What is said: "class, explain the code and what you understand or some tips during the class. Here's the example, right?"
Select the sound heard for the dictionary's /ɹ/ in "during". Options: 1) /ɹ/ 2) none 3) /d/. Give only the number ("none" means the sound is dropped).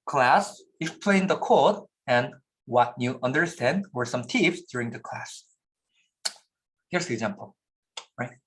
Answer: 1